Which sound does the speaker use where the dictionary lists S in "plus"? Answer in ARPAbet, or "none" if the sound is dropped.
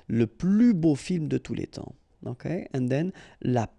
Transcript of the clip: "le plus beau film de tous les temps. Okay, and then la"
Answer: none